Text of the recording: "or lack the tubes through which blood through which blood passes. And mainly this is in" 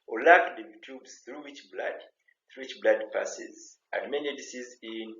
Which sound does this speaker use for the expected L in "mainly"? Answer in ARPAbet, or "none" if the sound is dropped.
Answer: none